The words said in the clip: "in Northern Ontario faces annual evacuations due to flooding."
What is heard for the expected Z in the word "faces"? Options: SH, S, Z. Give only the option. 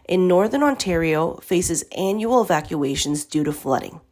Z